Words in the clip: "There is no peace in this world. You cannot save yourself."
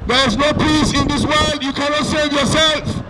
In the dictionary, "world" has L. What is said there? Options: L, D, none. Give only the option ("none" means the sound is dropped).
L